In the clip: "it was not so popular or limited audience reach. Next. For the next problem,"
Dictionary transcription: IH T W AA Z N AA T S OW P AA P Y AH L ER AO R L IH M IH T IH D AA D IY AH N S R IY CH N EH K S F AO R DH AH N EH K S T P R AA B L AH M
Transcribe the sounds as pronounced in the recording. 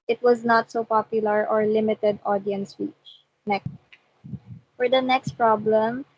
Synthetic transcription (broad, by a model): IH T W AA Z N AA T S OW P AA P Y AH L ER AO R L IH M IH T IH D AA D IY AH N S W IY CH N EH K F AO R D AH N EH K S T P R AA B L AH M